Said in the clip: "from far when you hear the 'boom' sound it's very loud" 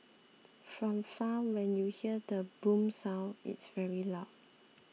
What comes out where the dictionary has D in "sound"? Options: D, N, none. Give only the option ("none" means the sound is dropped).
none